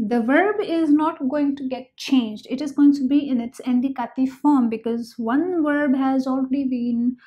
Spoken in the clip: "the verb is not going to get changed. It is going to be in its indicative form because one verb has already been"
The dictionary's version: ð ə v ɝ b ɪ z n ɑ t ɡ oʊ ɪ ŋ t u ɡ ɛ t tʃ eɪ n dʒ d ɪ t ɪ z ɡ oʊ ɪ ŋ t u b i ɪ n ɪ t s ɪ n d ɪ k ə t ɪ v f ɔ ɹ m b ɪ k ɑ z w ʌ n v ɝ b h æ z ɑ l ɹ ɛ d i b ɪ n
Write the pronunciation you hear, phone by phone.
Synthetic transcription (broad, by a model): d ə v ɝ b ɪ z n ɑ t ɡ oʊ ɪ ŋ t u ɡ ɛ t tʃ eɪ n dʒ d ɪ t ɪ z ɡ oʊ ɪ ŋ t u b i ɪ n ɪ t s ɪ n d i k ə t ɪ f ɔ ɹ m b ɪ k ɑ z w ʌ n v ɝ b h æ z ɑ l ɹ ɛ d i b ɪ n